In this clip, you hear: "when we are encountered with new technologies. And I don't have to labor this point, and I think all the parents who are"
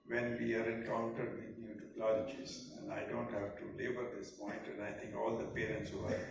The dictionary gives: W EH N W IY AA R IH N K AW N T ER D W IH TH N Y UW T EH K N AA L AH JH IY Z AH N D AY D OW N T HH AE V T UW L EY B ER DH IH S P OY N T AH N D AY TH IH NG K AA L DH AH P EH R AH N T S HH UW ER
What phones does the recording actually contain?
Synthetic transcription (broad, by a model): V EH N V IY AA R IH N K AW N T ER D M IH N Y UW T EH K L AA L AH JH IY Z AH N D AY D OW N T HH AE V T UW L EY B ER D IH S P OY N T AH N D AY T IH NG K AA L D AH P EH R AH N T S HH UW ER